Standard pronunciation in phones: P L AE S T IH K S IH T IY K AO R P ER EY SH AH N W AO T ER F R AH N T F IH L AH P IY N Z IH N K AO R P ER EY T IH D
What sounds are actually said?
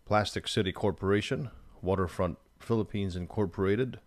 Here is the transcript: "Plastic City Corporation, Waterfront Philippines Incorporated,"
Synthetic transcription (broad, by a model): P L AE S T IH K S IH T IY K AO R P ER EY SH AH N W AO T ER F R AH N T F IH L AH P IY N Z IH N K AO R P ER EY T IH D